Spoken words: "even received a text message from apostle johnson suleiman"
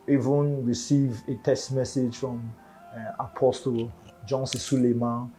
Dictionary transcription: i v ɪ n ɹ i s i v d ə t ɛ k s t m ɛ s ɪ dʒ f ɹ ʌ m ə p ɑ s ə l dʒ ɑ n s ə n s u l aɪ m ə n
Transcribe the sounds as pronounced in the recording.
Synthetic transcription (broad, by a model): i v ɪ n ɹ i s i v ə t ɛ s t m ɛ s ɪ dʒ f ɹ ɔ m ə p ɑ s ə l dʒ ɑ n s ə s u l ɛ m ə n